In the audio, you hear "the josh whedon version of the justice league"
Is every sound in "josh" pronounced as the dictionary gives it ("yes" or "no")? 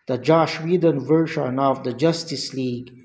yes